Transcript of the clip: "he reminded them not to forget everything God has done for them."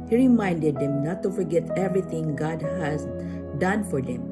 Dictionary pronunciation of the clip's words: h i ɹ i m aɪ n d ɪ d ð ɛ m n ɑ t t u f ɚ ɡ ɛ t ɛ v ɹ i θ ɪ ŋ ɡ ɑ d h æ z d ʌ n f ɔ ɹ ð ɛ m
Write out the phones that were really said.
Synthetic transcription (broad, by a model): h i ɹ i m aɪ n d ɪ d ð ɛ m n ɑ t t u f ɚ ɡ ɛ t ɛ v ɹ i t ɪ ŋ ɡ ɑ d h æ z d ʌ n f ɔ ɹ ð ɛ m